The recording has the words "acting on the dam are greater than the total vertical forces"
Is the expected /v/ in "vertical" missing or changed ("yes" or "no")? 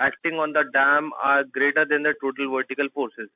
no